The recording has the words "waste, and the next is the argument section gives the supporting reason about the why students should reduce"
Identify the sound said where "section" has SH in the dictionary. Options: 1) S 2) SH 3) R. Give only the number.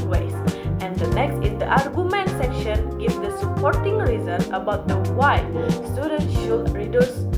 2